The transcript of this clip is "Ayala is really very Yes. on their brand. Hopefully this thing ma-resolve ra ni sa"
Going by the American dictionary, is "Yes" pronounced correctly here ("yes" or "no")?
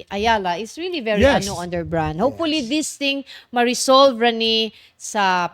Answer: no